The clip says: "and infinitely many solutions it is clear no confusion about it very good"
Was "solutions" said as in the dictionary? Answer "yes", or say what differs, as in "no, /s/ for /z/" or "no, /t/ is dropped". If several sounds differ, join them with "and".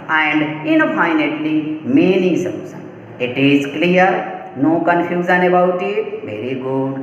no, /s/ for /ʃ/ and /z/ is dropped